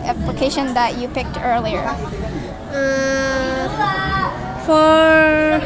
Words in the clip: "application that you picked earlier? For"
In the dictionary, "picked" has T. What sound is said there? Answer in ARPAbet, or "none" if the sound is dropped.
T